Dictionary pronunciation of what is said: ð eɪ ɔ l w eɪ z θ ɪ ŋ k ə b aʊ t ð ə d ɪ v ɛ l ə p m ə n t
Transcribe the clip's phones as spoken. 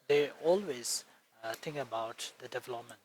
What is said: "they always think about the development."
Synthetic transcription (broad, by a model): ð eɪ ɔ l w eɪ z t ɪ ŋ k ə b aʊ t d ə d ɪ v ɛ l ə p m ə n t